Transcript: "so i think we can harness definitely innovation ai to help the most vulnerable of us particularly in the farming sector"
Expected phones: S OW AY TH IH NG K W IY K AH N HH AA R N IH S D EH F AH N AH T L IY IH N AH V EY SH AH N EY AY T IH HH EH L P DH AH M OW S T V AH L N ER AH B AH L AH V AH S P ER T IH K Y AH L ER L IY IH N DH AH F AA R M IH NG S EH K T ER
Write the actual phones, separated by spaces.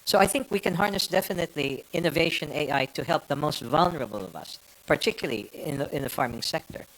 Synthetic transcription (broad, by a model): S OW AY TH IH NG K W IY K AH N HH AA R N IH S D EH F AH N AH T L IY IH N AH V EY SH AH N EY AY T IH HH EH L P DH AH M OW S T V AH L N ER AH B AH L AH V AH S P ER T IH K Y L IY IY IH N DH AH F AA R M IH NG S EH K T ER